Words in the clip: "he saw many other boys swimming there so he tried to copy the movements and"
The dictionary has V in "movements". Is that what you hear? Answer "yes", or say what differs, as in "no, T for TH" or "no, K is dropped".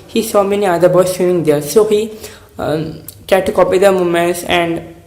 no, V is dropped